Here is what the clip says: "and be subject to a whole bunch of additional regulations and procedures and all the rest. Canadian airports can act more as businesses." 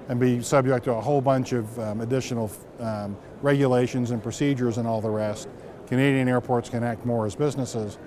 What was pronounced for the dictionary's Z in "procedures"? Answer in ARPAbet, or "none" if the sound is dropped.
Z